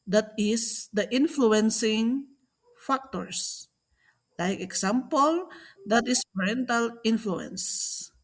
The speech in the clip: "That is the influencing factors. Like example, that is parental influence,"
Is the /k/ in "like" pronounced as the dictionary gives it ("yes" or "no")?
yes